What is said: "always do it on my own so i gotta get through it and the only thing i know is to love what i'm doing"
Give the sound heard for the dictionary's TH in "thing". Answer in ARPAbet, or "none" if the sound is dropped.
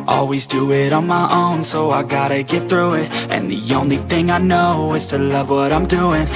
TH